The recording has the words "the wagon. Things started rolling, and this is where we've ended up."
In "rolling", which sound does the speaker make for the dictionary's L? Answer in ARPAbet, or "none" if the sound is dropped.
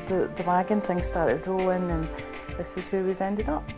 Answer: none